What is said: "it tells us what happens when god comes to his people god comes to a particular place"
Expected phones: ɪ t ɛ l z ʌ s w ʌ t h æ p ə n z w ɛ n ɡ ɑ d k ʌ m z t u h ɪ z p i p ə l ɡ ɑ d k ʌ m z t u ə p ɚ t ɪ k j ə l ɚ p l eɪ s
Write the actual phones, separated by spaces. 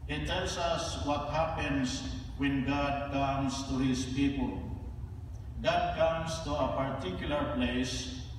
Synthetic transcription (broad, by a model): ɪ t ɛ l s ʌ s w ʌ t h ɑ p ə n s w ɛ n ɡ ɑ d k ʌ m s t u h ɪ s p i p ə l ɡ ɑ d k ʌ m s t u ə p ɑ t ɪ k j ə l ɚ p l eɪ s